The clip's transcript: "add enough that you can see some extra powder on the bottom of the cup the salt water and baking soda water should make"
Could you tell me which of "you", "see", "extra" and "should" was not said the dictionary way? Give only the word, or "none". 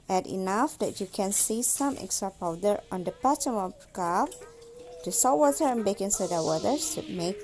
should